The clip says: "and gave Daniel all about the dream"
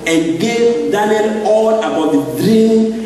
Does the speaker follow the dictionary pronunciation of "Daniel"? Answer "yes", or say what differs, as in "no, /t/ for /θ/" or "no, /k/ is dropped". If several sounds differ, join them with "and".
no, /n/ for /l/